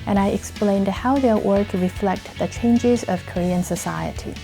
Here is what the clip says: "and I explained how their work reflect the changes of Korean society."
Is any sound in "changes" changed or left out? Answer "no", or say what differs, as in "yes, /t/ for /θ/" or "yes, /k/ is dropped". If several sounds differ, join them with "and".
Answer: no